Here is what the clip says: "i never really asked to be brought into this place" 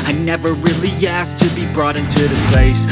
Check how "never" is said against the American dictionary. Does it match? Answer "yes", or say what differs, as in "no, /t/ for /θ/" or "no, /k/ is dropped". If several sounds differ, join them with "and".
yes